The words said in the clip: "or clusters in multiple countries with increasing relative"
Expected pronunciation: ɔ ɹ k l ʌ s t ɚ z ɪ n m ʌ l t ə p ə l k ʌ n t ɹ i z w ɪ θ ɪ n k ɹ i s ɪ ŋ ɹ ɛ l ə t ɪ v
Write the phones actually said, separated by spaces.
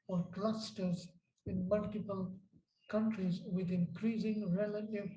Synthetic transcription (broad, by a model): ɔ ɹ k l ʌ s t ɚ z ɪ n m ʌ l t ə p ə l k ʌ n t ɹ i z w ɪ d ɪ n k ɹ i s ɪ ŋ ɹ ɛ l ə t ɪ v